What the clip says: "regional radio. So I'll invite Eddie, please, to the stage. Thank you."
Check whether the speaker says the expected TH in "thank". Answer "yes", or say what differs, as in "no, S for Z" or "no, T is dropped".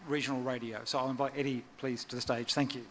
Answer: yes